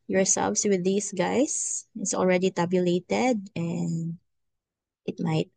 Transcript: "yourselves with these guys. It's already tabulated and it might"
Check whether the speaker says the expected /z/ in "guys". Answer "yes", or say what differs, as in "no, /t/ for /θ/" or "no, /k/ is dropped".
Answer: no, /s/ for /z/